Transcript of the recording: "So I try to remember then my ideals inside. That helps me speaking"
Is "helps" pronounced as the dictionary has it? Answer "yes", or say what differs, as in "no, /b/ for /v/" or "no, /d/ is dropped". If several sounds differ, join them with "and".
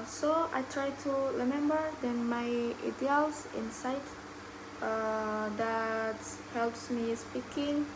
yes